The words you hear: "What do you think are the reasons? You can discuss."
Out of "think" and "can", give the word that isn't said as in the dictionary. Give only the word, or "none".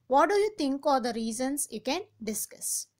think